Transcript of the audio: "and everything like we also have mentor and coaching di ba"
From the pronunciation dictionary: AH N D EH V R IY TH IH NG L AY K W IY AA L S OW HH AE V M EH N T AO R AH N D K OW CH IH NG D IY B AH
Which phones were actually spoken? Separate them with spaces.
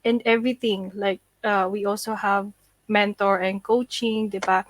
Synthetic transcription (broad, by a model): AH N D EH V R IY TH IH NG L AY K W IY AA L S OW HH AE V M EH N T AO R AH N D K OW CH IH NG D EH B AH